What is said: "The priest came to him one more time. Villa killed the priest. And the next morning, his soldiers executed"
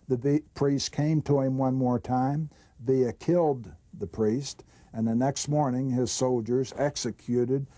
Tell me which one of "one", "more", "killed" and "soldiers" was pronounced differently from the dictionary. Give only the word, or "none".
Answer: none